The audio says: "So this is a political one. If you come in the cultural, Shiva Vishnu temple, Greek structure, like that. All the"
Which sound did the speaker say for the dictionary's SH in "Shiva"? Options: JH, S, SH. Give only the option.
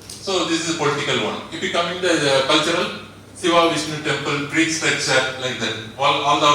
S